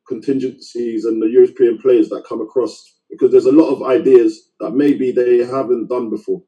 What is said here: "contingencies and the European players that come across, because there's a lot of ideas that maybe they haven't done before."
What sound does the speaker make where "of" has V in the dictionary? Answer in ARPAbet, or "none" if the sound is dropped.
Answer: V